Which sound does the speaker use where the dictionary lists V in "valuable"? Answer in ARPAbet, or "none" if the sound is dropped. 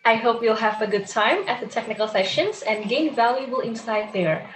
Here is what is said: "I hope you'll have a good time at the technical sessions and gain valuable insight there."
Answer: V